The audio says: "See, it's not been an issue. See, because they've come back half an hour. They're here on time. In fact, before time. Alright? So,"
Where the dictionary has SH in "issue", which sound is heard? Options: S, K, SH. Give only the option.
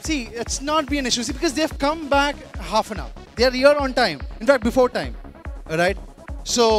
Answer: SH